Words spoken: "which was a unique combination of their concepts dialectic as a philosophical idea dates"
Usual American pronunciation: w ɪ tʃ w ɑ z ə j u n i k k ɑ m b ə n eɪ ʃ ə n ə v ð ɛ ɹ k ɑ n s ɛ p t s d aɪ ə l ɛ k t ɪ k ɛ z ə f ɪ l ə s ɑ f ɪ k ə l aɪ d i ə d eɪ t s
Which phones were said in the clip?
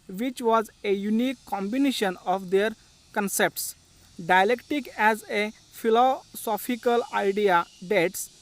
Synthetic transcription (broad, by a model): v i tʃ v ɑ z ə j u n i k k ɑ m b ə n eɪ ʃ ə n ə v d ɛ ɹ k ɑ n s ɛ p t s d aɪ ə l ɛ k t ɪ k ɛ z ə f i l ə s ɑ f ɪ k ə l aɪ d i ə d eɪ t s